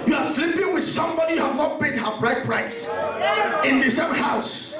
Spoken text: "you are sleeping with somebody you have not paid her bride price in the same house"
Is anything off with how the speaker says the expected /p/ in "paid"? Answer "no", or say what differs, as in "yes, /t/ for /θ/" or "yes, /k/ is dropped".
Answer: yes, /b/ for /p/